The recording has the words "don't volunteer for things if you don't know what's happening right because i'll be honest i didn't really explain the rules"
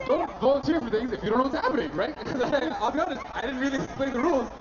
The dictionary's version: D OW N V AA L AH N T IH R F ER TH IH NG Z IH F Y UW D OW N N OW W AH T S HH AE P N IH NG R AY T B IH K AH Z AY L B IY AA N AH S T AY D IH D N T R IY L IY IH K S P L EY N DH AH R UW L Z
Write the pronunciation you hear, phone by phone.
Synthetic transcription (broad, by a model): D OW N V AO AH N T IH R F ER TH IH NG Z IH F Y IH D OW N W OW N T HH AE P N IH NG R AY T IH AH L B IY AA N AH S T AY D IH D N T R IY L IY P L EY DH AH R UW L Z